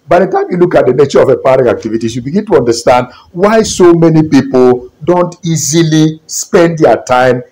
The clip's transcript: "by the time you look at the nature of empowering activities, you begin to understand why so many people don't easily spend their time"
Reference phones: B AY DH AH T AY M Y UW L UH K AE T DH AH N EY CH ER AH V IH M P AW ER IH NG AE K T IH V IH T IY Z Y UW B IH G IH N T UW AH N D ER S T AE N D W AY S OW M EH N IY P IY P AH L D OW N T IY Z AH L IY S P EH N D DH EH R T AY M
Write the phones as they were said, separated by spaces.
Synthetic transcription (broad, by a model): B AY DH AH T AY M Y UW L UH K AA T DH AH N EY CH ER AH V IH P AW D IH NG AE K T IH V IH T IY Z Y UW B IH G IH N T UW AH N D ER S T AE N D W AY S OW M EH N IY P IY P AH L D OW N T IY Z AH L IY S P EH N D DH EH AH T AY M